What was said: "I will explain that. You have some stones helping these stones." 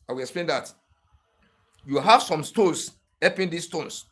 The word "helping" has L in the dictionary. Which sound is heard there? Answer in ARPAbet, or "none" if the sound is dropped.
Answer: none